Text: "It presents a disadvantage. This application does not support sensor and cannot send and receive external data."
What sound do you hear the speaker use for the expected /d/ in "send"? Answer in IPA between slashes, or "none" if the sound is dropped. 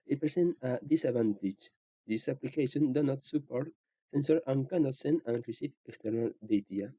none